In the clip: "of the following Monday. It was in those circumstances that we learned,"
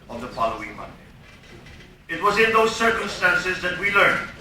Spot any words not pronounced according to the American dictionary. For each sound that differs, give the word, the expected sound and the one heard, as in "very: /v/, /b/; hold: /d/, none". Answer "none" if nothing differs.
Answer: none